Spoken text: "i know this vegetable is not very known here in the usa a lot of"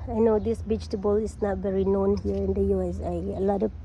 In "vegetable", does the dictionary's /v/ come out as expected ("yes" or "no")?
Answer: no